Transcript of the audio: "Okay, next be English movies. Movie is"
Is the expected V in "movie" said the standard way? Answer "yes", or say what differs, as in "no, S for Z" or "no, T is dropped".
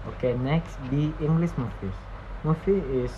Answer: no, F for V